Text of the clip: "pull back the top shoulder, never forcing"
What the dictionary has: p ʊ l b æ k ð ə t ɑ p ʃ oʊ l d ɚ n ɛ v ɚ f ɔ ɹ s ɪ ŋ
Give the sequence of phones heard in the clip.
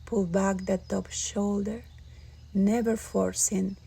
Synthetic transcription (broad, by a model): p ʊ l b æ k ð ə t ɑ p ʃ oʊ l d ɚ n ɛ v ɚ f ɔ ɹ s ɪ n